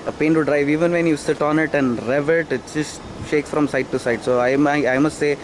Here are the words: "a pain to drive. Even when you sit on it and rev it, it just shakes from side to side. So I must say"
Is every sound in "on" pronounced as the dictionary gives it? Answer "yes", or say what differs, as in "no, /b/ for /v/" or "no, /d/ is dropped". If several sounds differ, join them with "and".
yes